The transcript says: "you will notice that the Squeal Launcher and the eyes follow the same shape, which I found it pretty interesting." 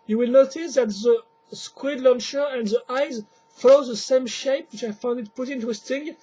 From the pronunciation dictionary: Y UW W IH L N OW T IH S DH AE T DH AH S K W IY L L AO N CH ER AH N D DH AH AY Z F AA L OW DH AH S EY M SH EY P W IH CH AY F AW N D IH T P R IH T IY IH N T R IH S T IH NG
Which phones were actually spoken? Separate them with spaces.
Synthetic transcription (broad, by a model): Y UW W IH L N OW T IH S DH AE T DH AH S K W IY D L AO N SH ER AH N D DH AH AY Z F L OW DH AH S EY M SH EY P W IH CH AY F AW N D IH T P UH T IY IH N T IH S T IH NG